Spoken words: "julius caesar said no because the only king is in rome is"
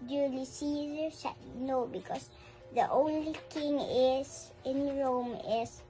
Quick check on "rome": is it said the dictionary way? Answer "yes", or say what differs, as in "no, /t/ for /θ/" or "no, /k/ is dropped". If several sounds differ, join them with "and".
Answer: yes